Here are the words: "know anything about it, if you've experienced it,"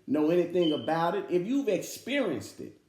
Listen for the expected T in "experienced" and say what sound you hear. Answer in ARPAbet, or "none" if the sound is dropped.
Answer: T